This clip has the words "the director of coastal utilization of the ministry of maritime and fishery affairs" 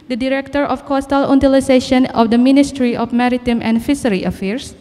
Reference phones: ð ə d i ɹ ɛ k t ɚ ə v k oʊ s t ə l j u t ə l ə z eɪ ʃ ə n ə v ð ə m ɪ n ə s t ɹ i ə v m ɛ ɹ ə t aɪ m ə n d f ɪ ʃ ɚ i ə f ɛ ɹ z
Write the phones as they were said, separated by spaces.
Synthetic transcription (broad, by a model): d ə d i ɹ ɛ k t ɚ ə f k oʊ s t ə l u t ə l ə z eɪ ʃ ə n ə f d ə m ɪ n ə s t ɹ i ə f m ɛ ɹ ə t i m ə n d f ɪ s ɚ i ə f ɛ ɹ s